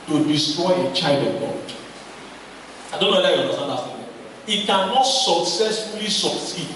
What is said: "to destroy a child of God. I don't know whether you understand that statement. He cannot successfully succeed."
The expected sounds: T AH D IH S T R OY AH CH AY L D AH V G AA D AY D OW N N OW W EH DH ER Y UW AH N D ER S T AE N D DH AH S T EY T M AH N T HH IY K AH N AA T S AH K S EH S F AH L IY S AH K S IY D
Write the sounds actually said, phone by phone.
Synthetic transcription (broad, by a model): T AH D IH S T R OY AH CH AY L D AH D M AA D AY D OW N N OW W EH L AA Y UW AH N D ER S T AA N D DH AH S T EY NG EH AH T K AH N AA T S AH K S EH S F AH L IY S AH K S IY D